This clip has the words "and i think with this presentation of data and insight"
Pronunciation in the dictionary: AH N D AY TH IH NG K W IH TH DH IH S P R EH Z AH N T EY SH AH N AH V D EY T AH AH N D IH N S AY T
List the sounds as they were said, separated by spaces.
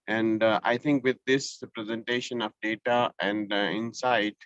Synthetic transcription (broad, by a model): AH N D AY T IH NG K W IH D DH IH S P R EH Z AH N T EY SH AH N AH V D EY T AH AH N D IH N S AY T